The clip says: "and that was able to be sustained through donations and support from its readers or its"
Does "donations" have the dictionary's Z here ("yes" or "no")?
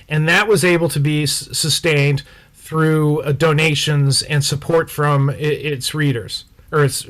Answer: yes